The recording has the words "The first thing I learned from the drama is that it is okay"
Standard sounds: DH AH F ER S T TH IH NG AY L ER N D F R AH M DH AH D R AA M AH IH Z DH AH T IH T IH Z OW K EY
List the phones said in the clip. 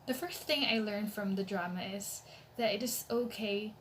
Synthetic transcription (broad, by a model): DH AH F ER S TH IH NG AY L ER N F R AH M DH AH D R AA M AH IH Z DH AH T IH T IH Z OW K EY